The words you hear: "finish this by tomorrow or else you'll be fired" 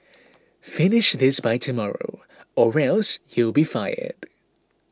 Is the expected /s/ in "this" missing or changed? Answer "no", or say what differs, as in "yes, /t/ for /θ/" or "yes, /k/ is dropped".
no